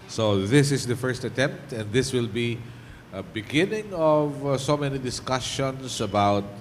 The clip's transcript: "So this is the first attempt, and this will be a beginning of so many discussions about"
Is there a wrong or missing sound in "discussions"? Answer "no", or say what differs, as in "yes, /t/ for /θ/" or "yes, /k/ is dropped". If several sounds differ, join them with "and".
yes, /s/ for /z/